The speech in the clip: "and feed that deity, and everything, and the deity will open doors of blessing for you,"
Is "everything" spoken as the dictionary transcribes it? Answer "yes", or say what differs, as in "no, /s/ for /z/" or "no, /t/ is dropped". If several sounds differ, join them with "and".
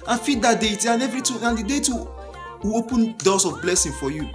no, /t/ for /θ/